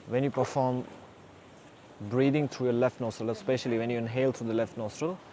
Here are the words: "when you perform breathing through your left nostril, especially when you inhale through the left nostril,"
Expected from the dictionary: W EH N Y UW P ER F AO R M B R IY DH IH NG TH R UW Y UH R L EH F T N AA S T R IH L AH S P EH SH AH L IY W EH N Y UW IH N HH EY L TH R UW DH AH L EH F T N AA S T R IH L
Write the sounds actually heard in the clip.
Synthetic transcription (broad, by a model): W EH N Y UW P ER F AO M B R IY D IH NG T R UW Y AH L EH F T N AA S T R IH L AH S P EH SH AH L IY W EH N Y UW IH N HH EY L T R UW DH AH L EH F T N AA S T R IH L